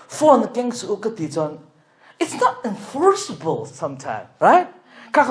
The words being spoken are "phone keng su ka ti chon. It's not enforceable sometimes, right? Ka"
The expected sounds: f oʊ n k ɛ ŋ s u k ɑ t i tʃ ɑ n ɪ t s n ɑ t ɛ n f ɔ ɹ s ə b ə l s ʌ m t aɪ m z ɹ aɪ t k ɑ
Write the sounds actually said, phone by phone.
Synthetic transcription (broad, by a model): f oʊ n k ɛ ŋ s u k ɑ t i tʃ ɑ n ɪ t s n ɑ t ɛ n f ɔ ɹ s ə b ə l s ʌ m t aɪ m ɹ aɪ t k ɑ